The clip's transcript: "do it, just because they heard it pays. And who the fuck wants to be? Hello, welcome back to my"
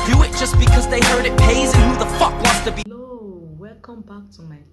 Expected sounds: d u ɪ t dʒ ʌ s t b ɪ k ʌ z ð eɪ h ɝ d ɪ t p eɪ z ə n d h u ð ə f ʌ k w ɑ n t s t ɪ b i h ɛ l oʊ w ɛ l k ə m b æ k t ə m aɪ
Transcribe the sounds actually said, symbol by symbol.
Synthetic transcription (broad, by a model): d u ɪ t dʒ ʌ s b ɪ k ʌ z ð eɪ h ɝ d ɪ t p eɪ z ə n h u ð ə f ʌ k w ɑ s t ɪ b i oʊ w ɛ k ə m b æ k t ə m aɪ